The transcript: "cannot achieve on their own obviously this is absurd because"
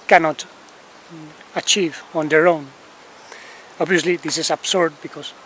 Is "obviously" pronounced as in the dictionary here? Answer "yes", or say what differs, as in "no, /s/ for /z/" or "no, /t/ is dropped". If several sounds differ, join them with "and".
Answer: yes